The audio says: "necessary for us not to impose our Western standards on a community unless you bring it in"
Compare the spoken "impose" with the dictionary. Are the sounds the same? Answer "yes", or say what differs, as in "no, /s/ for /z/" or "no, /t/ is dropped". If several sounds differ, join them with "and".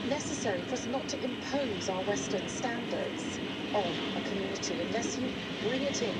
yes